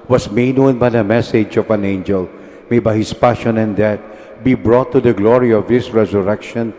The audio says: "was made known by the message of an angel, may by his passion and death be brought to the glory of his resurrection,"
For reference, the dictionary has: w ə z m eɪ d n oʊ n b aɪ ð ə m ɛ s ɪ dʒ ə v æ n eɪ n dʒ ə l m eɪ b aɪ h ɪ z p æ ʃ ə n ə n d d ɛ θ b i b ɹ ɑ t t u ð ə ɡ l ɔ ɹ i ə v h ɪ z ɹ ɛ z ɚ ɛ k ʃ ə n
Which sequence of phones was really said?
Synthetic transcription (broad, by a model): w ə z m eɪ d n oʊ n b aɪ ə m ɛ s ɪ dʒ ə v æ n eɪ n dʒ ə l m eɪ b aɪ h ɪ s p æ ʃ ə n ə n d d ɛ t b i b ɹ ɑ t t u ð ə ɡ l ɔ ɹ i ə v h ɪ s ɹ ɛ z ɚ ɛ k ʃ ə n